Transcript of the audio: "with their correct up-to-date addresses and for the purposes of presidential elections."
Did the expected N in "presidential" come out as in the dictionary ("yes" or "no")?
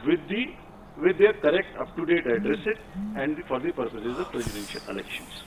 no